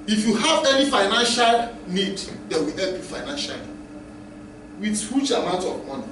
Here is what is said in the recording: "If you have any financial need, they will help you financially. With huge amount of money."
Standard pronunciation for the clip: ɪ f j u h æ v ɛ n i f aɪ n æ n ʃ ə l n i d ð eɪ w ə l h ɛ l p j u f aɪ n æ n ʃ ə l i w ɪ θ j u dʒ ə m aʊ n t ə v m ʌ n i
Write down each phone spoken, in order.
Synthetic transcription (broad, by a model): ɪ f j u h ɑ v ɛ n i f aɪ n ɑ n ʃ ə l n i d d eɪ w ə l h ɛ l p j u f aɪ n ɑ n ʃ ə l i w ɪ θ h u tʃ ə m aʊ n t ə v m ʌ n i